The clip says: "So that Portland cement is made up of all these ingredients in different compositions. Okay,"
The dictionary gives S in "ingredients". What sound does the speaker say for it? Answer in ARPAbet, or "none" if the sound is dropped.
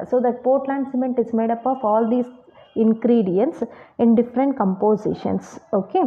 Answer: S